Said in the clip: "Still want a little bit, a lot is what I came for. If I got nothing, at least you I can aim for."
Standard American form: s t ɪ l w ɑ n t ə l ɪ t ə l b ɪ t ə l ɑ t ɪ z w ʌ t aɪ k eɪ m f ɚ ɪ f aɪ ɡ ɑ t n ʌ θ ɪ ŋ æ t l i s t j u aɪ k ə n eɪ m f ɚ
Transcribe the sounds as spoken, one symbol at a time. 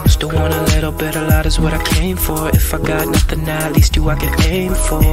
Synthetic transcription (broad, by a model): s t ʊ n w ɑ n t ə l ɪ t l b ɪ t ə l ɑ t ɪ z w ʌ t aɪ k eɪ m f ɚ ɪ f aɪ ɡ ɑ t n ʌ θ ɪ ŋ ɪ t l i s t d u aɪ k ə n eɪ m f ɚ